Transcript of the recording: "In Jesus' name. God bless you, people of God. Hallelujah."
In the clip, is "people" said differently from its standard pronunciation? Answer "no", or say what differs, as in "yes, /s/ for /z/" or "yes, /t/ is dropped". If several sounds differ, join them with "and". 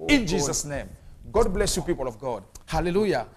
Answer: no